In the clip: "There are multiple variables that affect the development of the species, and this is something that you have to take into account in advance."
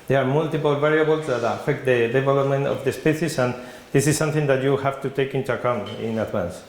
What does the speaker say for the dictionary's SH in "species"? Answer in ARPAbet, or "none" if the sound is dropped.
S